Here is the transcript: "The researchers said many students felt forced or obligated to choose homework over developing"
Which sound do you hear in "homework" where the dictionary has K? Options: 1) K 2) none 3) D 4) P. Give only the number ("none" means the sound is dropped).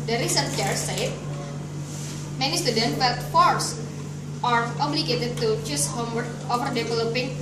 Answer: 2